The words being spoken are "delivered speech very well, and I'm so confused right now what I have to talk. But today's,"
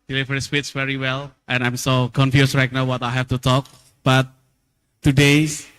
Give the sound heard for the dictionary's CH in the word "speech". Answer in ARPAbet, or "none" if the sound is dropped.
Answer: S